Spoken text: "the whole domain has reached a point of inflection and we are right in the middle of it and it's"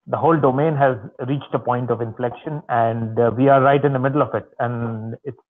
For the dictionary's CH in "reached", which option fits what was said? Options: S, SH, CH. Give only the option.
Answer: CH